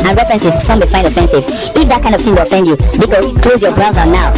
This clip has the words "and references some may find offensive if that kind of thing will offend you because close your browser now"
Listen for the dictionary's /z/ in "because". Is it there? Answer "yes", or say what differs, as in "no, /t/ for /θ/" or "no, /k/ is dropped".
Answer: no, /z/ is dropped